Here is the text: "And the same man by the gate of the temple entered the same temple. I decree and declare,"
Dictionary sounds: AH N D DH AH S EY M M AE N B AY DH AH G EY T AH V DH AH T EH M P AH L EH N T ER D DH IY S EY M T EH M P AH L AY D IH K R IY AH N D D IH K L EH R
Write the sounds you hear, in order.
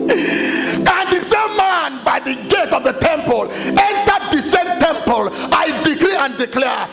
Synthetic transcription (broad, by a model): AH N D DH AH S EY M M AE N B AY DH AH G EY T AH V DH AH T EH M P AH L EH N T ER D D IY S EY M T EH M P AH L AY D IH K R IY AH N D D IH K L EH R